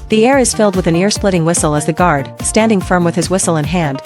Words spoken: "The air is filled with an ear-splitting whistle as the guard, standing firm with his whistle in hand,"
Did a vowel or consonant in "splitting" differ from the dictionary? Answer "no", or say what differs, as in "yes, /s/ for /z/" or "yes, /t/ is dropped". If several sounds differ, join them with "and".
no